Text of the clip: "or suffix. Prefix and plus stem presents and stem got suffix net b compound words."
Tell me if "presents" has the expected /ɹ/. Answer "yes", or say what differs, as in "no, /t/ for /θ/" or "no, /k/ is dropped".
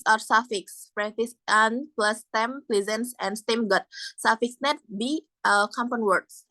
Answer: no, /l/ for /ɹ/